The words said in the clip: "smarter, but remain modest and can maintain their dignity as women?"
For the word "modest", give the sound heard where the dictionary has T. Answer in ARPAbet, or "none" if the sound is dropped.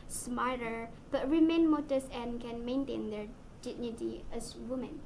none